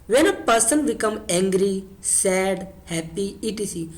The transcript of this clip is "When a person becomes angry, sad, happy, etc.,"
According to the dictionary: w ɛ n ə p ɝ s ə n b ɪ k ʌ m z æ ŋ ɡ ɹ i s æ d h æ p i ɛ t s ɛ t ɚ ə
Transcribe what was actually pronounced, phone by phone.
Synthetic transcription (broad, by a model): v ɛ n ə p ɝ s ə n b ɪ k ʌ m æ ŋ ɡ ɹ i s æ d h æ p i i t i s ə